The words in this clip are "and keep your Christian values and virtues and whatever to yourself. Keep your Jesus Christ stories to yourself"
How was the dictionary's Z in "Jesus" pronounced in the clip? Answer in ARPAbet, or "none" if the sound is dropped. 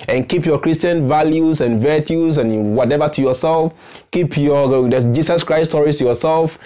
S